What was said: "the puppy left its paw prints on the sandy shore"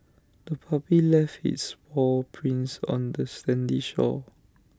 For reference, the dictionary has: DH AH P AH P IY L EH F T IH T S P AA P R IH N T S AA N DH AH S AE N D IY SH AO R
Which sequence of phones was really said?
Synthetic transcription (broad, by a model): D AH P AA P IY L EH F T IH T S B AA P R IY N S AA N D AH S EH N D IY SH AO